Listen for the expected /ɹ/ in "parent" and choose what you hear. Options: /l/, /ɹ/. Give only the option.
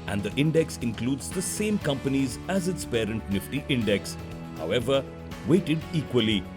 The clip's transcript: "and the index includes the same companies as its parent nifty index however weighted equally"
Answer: /ɹ/